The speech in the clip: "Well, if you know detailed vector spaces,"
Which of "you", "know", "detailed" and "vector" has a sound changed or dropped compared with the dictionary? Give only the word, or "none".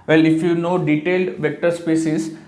none